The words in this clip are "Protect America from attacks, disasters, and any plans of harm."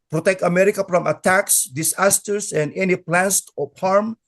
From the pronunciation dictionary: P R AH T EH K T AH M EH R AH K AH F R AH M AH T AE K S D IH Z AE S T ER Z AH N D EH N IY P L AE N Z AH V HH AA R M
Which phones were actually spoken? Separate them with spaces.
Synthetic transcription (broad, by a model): P R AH T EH K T AH M EH R AH K AH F R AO M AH T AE K S D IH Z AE S T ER S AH N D EH N IY P L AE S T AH P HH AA R M